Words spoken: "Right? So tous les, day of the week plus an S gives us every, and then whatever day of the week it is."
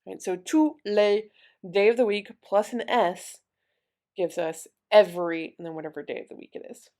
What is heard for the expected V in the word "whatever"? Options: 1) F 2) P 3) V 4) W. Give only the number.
3